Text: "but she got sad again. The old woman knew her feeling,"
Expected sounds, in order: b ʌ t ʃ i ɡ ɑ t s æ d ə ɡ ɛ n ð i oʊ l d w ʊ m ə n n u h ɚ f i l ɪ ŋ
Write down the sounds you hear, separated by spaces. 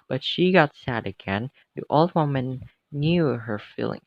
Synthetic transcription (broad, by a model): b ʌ t ʃ i ɡ ɑ t s æ d ə ɡ ɛ n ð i oʊ l d w ʊ m ə n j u h ɚ f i l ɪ ŋ